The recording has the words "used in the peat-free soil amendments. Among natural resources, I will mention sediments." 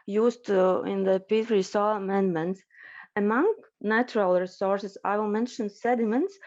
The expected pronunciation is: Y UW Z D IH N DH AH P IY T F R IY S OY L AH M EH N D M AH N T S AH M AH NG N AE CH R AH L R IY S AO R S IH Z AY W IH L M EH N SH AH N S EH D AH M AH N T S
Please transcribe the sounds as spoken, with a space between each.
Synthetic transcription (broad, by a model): Y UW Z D IH N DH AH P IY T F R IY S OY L AH M EH N D M AH N T S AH M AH NG N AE CH R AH L R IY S AO R S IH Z AY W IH L M EH N SH AH N S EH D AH M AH N T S